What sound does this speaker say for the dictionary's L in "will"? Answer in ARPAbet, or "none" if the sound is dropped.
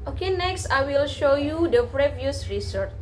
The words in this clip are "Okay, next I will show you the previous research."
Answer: L